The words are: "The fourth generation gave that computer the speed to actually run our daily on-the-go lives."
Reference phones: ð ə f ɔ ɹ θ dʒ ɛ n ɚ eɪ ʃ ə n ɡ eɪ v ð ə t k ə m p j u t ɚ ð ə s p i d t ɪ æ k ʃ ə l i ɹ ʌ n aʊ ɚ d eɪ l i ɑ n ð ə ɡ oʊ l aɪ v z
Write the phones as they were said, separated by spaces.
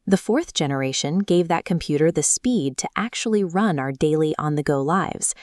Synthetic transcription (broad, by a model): ð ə f ɔ ɹ θ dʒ ɛ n ɚ eɪ ʃ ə n ɡ eɪ v ð ə t k ə m p j u t ɚ ð ə s p i d t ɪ æ k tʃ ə l i ɹ ʌ n aʊ ɚ d eɪ l i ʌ n ð ə ɡ oʊ l aɪ v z